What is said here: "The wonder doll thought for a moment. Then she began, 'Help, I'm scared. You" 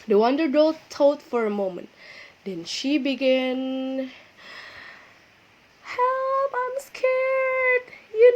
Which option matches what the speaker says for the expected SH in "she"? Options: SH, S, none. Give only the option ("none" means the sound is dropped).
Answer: SH